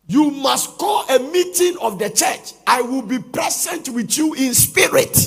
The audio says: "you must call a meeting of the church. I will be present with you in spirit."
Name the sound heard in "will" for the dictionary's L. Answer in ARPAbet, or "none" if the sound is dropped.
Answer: L